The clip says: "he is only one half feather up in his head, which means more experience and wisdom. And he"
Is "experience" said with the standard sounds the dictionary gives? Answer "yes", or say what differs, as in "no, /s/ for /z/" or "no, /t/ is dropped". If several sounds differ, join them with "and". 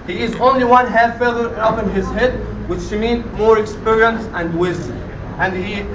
yes